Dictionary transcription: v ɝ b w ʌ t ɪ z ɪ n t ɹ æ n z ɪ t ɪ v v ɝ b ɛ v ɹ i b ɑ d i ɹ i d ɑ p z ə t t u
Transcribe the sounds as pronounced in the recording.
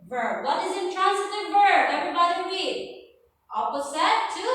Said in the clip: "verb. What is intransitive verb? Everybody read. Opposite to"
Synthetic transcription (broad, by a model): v ɝ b w ʌ t ɪ z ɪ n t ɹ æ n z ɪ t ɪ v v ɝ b ɛ v ɹ i b ɑ d i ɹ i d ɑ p s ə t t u